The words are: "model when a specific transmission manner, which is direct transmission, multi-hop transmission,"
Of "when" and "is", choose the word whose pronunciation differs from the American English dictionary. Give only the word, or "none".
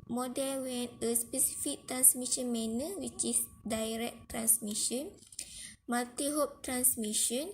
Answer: is